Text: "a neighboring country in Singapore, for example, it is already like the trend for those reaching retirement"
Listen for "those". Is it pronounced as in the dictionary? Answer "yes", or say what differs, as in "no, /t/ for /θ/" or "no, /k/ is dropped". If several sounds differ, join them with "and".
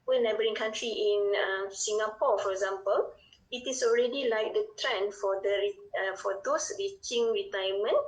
no, /s/ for /z/